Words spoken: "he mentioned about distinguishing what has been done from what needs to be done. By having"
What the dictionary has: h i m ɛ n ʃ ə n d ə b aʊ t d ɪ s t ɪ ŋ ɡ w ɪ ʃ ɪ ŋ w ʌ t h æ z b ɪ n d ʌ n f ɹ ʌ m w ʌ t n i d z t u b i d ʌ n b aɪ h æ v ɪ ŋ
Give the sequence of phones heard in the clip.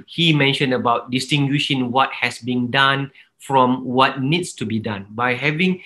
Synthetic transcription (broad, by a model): h i m ɛ n ʃ ə n d ə b aʊ t d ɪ s t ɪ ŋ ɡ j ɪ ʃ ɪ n w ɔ t h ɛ s b ɪ n d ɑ n f ɹ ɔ m w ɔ t n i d s t u b i d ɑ n b aɪ h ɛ v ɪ ŋ